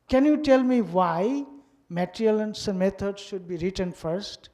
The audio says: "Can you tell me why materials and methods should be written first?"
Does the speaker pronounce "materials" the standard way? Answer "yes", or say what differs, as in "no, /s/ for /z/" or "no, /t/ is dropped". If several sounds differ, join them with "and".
no, /z/ is dropped